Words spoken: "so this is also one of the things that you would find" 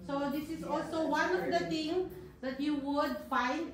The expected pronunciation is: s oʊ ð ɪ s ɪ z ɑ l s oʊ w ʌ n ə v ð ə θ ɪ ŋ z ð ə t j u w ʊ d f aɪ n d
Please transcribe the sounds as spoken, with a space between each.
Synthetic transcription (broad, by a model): s oʊ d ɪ s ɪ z ɑ l s oʊ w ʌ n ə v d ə t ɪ ŋ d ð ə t j u w ʊ d f aɪ n d